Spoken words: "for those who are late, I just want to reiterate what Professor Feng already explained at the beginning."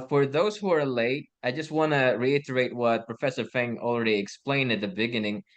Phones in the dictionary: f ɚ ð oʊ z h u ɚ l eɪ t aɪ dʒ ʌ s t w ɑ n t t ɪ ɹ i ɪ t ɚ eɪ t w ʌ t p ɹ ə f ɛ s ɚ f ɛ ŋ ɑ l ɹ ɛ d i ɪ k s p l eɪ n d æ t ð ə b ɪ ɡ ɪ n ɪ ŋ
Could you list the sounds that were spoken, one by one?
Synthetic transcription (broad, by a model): f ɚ ð oʊ z h u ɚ l eɪ t aɪ dʒ ʌ s t w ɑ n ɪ ɹ i ɪ t ɚ eɪ t w ʌ t p ɹ ə f ɛ s ɚ f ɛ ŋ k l ɹ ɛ d i ɪ k s p l eɪ n d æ t ð ə b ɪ ɡ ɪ n ɪ ŋ